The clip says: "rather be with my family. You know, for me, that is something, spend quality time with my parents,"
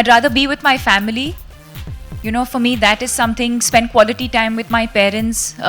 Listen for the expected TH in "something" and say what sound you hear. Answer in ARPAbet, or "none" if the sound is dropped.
T